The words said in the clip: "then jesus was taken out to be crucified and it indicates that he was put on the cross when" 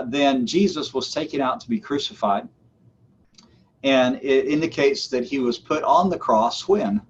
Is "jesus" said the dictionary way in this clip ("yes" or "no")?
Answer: yes